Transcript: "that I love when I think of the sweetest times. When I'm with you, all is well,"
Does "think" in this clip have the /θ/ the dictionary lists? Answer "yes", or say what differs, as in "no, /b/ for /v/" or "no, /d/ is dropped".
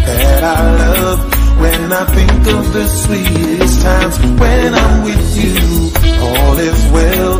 yes